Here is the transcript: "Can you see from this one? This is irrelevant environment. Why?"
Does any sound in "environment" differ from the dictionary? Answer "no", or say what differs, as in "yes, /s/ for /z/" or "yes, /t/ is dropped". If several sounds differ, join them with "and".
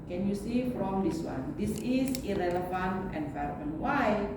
yes, /f/ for /v/